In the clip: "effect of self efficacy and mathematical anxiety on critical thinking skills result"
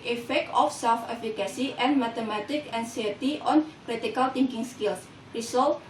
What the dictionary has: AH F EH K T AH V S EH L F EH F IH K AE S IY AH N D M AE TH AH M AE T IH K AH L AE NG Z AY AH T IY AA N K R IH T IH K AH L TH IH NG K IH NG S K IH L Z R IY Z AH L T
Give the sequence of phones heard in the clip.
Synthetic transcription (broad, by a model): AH F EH K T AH F S EH L F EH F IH K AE S IY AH N M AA T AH M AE T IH K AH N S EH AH T IY AA N K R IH T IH K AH L T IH NG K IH NG S K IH L S R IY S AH L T